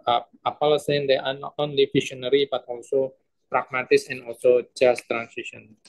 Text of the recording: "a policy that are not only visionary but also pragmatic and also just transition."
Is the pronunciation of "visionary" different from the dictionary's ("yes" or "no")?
yes